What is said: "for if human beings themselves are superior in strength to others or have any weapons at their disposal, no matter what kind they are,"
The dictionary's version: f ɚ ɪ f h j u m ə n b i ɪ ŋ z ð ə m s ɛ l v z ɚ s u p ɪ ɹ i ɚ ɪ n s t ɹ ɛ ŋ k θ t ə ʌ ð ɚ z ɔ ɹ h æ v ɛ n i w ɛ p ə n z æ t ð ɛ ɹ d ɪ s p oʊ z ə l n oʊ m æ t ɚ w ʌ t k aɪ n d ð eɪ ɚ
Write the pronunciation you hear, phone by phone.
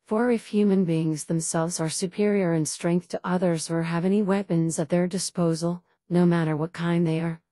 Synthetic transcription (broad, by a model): f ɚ ɪ f h j u m ə n b i ɪ ŋ z ð ə m s ɛ l v z ɚ s u p ɪ ɹ i ɚ ɪ n s t ɹ ɛ ŋ k θ t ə ʌ ð ɚ z ɔ ɹ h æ v ɛ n i w ɛ p ə n z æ t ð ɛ ɹ d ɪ s p oʊ z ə l n oʊ m æ t ɚ w ʌ t k aɪ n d ð eɪ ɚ